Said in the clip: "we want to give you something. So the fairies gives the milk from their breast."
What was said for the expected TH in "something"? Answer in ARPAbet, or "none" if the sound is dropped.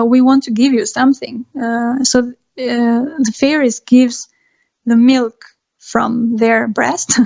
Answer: TH